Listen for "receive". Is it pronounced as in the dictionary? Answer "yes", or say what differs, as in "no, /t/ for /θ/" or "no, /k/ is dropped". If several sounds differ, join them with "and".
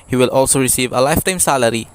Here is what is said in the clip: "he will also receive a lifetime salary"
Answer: yes